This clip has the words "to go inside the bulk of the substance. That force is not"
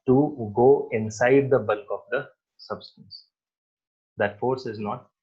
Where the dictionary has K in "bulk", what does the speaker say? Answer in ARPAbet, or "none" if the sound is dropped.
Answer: K